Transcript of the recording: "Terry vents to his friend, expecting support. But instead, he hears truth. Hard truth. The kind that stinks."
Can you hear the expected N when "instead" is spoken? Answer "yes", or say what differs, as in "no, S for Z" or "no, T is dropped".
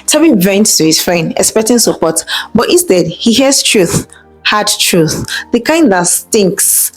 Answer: no, N is dropped